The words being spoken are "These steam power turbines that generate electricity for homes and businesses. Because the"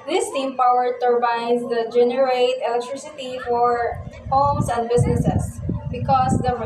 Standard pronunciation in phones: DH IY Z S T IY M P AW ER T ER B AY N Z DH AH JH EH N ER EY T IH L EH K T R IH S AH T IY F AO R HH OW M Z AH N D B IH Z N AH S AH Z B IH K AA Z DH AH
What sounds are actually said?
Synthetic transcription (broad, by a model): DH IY S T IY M P AW ER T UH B AY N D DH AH JH EH N ER EY T IH L EH K T R IH S AH T IY F AO R HH OW M S AH N D B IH S N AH S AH S B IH K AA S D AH